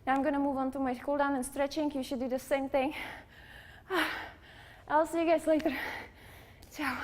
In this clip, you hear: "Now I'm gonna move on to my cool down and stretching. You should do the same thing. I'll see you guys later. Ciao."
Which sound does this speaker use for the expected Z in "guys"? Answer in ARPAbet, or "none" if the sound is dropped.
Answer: S